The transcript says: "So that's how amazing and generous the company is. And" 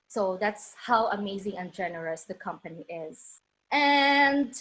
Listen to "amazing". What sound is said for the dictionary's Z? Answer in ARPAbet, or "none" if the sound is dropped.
Z